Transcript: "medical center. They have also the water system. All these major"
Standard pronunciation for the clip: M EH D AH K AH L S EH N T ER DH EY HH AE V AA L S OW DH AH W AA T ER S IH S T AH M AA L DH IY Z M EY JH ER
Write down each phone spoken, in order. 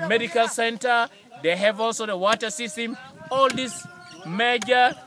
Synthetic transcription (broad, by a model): M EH D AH K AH L S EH N T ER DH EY HH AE V AA L S OW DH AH W AA T ER S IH S T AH M AA L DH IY S M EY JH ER